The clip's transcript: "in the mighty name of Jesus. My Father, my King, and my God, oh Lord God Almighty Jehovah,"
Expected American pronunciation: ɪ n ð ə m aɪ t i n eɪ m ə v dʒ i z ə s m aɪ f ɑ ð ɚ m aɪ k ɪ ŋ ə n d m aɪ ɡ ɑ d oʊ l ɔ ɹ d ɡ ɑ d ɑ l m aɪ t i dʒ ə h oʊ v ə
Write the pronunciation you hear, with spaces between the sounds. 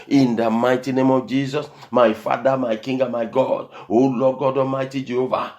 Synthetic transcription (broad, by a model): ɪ n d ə m aɪ t i n eɪ m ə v dʒ i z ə s m aɪ f ɑ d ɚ m aɪ k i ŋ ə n m aɪ ɡ ɑ d oʊ l ɔ ɡ ɑ d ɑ m aɪ t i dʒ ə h oʊ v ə